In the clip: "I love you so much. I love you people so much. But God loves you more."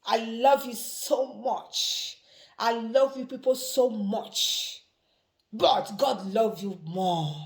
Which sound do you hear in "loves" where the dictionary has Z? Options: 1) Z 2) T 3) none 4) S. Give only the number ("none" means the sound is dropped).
3